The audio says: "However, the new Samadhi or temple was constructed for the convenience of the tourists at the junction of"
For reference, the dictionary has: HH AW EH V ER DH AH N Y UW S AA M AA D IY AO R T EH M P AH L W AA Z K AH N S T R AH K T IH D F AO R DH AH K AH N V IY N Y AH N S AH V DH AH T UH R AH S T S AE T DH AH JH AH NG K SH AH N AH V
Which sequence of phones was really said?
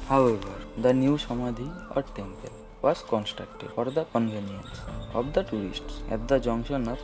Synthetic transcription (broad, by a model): HH AW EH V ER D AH N Y UW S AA M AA D IY AO R T EH M P AH L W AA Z K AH N S T R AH K T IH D F AO R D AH K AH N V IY N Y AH N S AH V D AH T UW AH S T S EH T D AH JH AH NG SH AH N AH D